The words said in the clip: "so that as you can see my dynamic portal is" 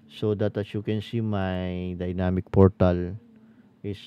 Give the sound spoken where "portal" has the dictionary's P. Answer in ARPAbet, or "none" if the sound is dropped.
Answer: P